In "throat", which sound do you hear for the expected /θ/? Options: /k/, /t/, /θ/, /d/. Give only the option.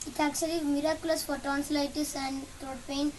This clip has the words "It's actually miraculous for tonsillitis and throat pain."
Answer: /t/